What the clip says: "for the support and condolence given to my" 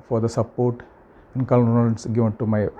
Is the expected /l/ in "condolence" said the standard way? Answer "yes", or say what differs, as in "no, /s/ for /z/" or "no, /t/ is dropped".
no, /l/ is dropped